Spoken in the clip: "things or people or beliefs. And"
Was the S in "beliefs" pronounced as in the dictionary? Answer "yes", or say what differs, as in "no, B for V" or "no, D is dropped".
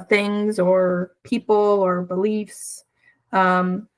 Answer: yes